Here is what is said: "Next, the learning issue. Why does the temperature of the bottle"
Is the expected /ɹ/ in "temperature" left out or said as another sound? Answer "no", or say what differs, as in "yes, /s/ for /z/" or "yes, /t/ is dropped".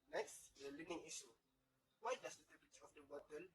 yes, /ɹ/ is dropped